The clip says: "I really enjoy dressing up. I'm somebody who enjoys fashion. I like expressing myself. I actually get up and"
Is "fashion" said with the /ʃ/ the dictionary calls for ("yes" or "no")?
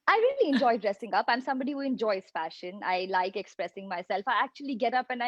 yes